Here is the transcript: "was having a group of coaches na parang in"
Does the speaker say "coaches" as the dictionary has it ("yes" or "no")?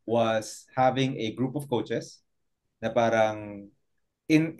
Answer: no